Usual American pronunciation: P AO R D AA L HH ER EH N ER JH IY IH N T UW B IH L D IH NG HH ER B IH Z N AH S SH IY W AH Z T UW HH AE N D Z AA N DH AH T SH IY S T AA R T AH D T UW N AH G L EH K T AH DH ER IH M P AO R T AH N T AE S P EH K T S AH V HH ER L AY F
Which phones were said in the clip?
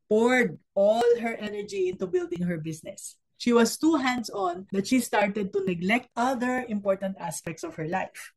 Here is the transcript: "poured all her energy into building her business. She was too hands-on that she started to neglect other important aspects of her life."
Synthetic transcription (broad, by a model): P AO R D AA L HH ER EH N ER JH IY IH N T UW B IH L D IH NG HH ER B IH S N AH S SH IY W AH S T UW HH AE N D S AA N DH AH T SH IY S T AA R T AH D T UW N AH G L EH K T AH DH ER IH M P AO R T AH N T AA S P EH K T S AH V HH ER L AY F